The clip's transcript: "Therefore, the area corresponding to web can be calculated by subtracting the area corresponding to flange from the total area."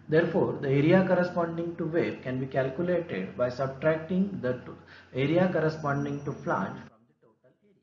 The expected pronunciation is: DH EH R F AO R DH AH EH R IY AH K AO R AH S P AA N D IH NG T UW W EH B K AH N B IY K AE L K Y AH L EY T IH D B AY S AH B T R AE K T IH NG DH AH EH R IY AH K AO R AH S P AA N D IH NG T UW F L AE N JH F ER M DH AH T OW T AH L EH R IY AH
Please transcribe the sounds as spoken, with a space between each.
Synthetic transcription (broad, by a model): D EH R F AO R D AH EH R IY AH K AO R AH S P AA N D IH NG T UW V EH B K AH N B IY K AE L K Y AH L EY T IH D B AY S AH B T R AE K T IH NG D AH EH R IY AH K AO R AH S P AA N D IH NG T UW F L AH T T